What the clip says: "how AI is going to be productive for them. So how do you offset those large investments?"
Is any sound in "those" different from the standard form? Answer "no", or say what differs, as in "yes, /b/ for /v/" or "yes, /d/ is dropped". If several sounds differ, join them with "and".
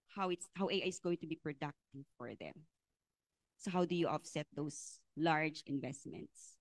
yes, /s/ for /z/